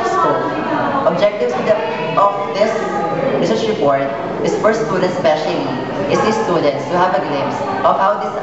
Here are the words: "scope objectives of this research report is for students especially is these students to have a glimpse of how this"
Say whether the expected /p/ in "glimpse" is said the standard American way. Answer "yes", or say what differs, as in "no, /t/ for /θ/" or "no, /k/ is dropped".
no, /p/ is dropped